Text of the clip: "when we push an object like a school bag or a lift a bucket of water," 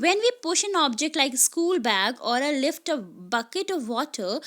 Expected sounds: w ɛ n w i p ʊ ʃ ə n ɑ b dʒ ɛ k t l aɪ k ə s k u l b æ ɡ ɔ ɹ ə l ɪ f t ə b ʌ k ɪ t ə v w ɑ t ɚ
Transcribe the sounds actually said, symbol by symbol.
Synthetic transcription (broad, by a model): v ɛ n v i p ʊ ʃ ə n ɑ b dʒ ɛ k t l aɪ k ə s k u l b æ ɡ ɔ ɹ ə l ɪ f t ə b ʌ k ɪ t ə v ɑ t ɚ